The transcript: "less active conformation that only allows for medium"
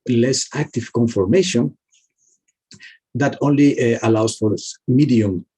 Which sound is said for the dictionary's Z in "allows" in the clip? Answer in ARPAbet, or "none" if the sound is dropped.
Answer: S